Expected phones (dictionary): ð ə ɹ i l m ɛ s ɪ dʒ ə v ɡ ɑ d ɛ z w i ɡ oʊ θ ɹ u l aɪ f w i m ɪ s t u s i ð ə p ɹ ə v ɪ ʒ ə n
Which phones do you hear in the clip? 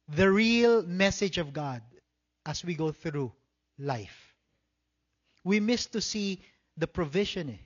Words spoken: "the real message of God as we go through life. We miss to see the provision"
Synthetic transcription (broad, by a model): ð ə ɹ i l m ɛ s ɪ dʒ ə v ɡ ɑ d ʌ s w i ɡ oʊ θ ɹ u l aɪ f w i m ɪ s t u s i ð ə p ɹ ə v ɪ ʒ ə n